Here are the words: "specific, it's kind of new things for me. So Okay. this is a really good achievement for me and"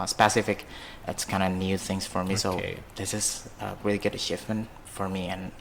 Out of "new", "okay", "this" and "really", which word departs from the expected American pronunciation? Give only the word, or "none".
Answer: okay